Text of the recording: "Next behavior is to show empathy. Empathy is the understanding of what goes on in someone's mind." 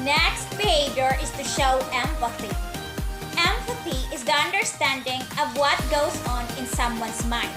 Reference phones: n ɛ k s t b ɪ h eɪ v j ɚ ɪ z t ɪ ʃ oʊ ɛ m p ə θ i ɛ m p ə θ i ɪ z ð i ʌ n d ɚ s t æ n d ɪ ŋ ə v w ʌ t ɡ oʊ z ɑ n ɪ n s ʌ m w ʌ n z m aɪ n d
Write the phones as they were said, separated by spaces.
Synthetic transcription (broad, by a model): n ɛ k s t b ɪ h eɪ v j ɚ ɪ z t ɪ ʃ oʊ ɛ m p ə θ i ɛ m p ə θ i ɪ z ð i ʌ n d ɚ s t æ n d ɪ ŋ ə v w ʌ t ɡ oʊ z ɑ n ɪ n s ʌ m w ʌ n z m aɪ n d